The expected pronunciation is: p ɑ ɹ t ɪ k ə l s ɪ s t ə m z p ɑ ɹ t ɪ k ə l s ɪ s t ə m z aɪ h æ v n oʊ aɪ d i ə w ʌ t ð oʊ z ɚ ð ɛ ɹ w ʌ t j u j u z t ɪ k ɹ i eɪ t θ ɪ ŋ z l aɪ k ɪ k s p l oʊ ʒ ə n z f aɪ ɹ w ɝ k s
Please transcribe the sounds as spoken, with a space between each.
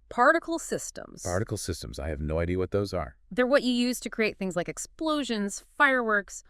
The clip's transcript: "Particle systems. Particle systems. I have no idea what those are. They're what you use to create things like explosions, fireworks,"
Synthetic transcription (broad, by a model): p ɑ ɹ t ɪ k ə l s ɪ s t ə m z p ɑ ɹ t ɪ k l s ɪ s t ə m z aɪ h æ v n oʊ aɪ d i ə w ʌ t ð oʊ z ɚ ð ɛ ɹ w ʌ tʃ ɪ j u z t ɪ k ɹ i eɪ t θ ɪ ŋ z l aɪ k ɪ k s p l oʊ ʒ ə n z f aɪ ɹ w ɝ k s